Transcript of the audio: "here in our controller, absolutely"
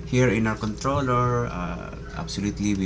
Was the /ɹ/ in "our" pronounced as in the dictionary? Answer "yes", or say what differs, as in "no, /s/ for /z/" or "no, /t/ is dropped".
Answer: no, /w/ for /ɹ/